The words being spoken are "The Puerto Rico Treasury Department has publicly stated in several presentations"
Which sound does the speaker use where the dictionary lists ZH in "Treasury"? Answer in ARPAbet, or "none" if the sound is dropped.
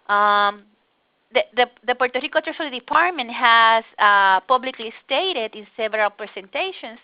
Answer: S